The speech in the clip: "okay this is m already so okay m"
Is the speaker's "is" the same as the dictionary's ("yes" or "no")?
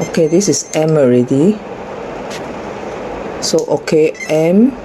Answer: no